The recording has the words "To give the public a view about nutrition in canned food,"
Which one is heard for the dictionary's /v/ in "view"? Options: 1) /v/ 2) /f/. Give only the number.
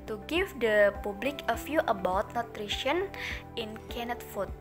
2